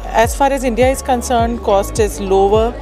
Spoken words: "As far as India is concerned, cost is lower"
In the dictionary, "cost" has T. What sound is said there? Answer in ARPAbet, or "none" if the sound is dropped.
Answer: T